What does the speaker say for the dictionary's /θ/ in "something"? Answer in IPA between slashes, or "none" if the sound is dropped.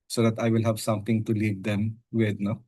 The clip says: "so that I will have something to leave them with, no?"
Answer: /t/